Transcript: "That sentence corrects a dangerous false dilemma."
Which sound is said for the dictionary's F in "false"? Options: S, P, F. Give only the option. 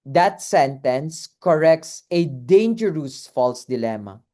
F